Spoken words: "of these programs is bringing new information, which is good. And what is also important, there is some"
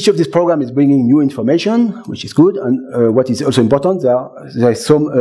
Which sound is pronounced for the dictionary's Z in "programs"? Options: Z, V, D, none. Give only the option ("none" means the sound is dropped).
none